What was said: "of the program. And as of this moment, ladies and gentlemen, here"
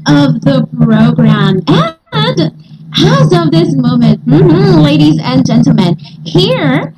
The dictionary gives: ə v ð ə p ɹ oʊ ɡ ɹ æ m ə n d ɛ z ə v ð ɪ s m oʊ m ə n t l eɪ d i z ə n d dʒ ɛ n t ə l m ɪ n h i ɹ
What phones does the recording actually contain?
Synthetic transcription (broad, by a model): ə v ð ə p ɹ oʊ ɡ ɹ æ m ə n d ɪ z ə v ð ɪ s m oʊ m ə n t l eɪ d i z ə n dʒ ɛ n t l m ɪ n h i ɹ